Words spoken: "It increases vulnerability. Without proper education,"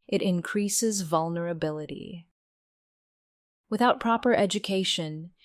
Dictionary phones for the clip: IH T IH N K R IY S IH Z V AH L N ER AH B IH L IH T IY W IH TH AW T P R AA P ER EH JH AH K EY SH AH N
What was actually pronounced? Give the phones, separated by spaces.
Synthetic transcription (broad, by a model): IH T IH N K R IY S IH Z V AH L N ER AH B IH L IH T IY W IH TH AW T P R AA P ER EH JH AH K EY SH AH N